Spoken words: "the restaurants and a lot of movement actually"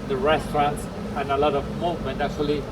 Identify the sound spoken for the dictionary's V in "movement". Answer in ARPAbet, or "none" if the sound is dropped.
none